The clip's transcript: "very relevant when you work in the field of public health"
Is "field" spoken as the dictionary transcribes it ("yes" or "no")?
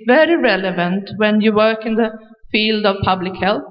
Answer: yes